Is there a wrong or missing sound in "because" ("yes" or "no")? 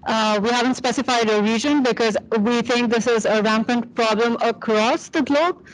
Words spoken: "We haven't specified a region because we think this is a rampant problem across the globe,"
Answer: no